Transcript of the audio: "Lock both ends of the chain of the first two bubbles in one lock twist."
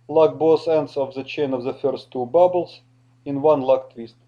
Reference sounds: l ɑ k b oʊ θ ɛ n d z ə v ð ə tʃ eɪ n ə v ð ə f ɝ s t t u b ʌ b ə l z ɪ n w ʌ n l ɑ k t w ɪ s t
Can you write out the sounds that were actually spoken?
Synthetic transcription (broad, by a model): l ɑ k b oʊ s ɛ n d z ə v ð ə tʃ eɪ n ə v ð ə f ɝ s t t u b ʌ b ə l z ɪ n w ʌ n l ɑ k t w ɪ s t